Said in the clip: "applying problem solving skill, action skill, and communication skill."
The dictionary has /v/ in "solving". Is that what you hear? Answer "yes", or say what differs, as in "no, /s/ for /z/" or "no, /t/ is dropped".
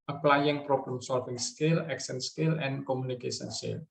no, /f/ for /v/